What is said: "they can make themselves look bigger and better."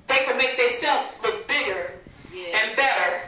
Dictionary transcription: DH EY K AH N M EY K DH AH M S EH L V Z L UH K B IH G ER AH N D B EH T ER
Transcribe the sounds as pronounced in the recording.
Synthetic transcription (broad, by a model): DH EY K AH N M EY K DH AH S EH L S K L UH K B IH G ER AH N B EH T ER